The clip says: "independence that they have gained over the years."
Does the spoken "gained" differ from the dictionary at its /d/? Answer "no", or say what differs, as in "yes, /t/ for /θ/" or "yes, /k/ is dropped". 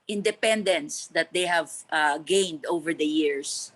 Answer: no